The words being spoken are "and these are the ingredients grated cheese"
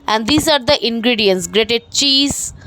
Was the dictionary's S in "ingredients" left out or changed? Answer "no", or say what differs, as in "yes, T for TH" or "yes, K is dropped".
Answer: no